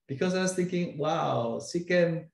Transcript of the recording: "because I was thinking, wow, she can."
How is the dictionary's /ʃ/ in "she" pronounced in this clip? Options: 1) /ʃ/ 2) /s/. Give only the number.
2